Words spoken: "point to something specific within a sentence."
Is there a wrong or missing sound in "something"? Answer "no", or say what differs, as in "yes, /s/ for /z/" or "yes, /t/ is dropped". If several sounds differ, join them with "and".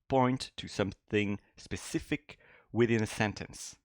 no